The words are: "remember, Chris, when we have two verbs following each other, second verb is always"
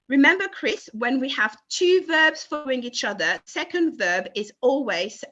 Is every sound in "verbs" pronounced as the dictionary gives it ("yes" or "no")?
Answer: yes